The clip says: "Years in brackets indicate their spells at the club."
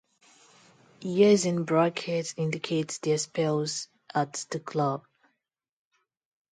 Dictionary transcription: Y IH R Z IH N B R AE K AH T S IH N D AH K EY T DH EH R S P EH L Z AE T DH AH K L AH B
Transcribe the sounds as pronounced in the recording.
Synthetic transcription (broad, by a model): Y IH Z IH N B R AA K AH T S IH N D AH K EY T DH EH S P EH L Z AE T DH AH K L AH B